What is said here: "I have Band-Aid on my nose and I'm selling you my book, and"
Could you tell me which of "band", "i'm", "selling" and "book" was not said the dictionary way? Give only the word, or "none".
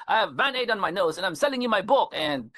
band